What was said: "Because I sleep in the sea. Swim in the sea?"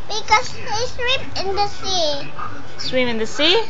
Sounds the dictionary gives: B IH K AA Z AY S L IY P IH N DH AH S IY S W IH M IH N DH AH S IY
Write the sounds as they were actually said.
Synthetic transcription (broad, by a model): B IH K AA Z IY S W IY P IH N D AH S IY S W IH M IH N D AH S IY